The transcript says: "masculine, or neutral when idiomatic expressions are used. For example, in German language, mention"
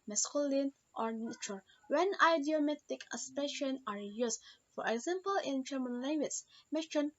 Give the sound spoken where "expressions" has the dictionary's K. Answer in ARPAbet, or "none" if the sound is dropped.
none